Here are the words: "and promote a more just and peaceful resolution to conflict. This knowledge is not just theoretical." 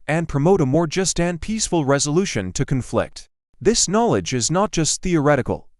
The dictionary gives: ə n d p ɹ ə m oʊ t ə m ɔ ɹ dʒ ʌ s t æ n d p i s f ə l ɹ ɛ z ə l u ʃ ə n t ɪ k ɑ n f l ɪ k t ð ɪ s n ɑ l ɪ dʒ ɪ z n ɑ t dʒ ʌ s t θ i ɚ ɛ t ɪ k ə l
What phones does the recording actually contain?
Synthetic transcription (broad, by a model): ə n p ɹ ə m oʊ t ə m ɔ ɹ dʒ ʌ s t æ n p i s f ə l ɹ ɛ z ə l u ʃ ə n t ɪ k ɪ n f l ɪ k t ð ɪ s n ɑ l ɪ dʒ ɪ z n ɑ t dʒ ʌ s t θ i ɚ ɛ t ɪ k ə l